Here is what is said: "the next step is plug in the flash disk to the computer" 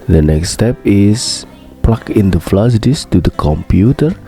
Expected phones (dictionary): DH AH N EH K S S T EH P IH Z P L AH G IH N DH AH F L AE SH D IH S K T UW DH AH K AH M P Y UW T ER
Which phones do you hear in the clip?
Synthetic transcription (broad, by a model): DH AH N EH K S S T EH P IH S P L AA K IH N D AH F L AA S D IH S T UW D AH K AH M P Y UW T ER